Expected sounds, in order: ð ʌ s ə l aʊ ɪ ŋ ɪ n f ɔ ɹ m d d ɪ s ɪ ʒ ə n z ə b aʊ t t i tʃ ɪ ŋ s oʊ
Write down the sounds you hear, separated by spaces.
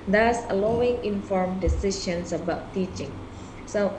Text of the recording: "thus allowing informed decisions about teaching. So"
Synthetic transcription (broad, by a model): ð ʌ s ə l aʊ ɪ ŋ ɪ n f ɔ ɹ m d d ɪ s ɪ ʃ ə n s ə b aʊ t t i tʃ ɪ ŋ s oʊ